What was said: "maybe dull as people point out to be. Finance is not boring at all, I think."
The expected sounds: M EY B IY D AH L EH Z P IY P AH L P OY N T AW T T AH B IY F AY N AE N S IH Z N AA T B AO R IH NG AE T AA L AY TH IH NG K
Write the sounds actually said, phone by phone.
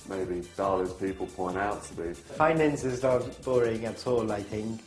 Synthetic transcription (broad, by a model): M EY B IY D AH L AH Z P IY P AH L P OY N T AW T T AH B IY F AY N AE N S IH Z L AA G B AO R IH NG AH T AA L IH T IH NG